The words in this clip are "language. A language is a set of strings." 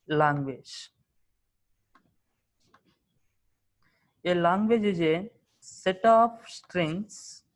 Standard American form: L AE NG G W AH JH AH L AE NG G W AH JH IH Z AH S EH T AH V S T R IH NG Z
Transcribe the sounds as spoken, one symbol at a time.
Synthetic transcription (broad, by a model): L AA NG G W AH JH AH L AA NG G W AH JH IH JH AH S EH T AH P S T R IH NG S